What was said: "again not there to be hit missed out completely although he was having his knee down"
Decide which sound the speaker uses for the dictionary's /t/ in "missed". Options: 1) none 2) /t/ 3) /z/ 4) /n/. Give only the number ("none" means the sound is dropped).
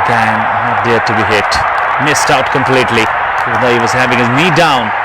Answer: 2